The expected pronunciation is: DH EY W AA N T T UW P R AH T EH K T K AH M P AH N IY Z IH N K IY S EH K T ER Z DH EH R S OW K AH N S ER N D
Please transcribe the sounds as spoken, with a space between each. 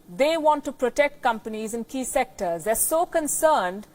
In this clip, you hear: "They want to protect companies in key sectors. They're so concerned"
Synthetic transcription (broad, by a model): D EY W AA N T T UW P R AH T EH K T K AH M P AH N IY Z IH N K IY S EH K T ER Z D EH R S OW K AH N S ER N D